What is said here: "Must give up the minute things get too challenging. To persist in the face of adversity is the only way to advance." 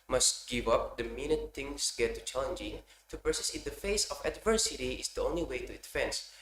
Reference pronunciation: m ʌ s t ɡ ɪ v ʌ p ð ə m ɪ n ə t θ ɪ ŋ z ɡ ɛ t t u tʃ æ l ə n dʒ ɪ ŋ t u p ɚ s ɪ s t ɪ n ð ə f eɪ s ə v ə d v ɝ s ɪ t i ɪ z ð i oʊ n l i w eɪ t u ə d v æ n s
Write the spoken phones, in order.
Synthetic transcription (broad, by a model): m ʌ s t ɡ ɪ v ʌ p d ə m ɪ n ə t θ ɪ ŋ s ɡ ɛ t t u tʃ æ l ə n dʒ ɪ ŋ t u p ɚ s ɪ s ɪ n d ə f eɪ s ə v ə d v ɝ s ɪ t i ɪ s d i oʊ n l i w eɪ t u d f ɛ n s